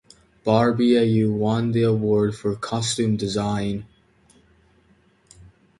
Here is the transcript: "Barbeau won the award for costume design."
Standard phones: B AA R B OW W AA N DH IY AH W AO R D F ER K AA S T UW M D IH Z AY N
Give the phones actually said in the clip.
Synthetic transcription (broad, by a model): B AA R B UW W AA N DH IY AH W AO R D F ER K AA S T UW M D IH Z AY N